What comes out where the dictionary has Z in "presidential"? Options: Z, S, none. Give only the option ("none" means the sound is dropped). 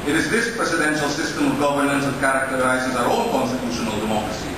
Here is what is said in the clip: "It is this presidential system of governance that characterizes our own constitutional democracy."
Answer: S